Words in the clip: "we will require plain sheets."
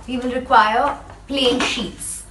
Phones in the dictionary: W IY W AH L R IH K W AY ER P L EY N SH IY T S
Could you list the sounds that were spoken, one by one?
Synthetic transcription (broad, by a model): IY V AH N R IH K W AY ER P L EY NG SH IY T S